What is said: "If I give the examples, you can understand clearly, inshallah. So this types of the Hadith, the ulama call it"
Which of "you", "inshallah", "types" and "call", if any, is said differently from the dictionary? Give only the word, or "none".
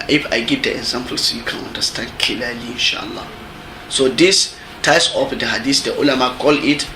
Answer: types